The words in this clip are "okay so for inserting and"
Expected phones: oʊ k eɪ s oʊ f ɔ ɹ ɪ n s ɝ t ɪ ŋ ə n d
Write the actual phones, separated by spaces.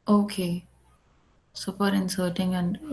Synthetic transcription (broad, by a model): oʊ k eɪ s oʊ p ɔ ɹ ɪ n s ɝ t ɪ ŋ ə n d